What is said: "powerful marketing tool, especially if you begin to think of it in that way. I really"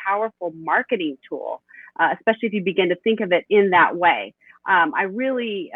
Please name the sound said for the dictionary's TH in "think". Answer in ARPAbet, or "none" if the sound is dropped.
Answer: TH